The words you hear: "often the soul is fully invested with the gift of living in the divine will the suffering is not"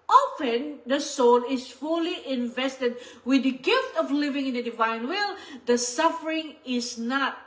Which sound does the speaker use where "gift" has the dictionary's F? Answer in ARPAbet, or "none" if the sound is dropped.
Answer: F